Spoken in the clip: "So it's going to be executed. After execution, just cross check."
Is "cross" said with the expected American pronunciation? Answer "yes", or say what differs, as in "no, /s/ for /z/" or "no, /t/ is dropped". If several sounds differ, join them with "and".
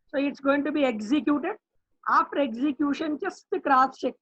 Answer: no, /s/ is dropped